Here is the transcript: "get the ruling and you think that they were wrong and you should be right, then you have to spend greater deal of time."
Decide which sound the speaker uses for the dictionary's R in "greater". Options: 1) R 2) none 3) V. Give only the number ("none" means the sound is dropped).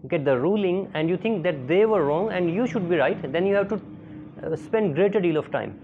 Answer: 1